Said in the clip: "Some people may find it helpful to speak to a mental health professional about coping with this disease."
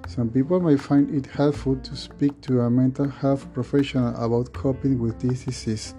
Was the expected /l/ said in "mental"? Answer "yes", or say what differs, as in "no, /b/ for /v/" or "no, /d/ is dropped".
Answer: yes